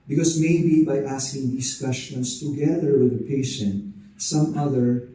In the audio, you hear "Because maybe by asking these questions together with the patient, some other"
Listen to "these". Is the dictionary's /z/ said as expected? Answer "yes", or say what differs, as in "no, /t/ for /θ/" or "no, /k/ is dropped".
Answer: no, /s/ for /z/